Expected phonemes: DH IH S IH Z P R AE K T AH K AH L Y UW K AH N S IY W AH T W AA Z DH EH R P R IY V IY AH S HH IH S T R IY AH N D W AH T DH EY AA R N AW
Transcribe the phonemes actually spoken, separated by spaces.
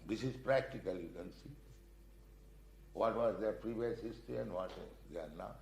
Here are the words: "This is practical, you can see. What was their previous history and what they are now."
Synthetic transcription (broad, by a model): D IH S IH Z P R AE K T AH K AH L Y UW K AH N S IY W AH T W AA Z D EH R P R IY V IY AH S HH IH S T IY AH N D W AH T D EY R N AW